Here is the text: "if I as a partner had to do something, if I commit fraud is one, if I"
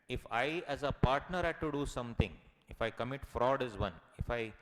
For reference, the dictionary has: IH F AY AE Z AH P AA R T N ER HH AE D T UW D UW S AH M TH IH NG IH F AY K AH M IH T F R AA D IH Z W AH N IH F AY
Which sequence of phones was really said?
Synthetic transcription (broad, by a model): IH F AY AE Z AH P AA R T N ER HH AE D T UW D UW S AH M T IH NG IH F AY K AH M IH T F R AA D IH Z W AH N IH F AY